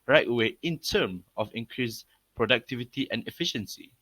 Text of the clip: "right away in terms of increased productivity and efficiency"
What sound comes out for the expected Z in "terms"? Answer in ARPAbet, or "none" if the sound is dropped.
none